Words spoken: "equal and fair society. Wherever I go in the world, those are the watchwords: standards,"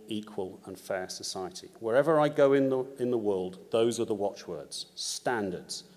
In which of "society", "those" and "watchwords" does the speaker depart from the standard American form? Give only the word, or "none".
none